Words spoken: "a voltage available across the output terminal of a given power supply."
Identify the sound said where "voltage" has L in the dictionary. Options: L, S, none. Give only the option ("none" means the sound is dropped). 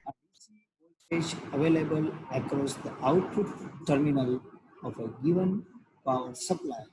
none